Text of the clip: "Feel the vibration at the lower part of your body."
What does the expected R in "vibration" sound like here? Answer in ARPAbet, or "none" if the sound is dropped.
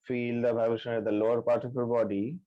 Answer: none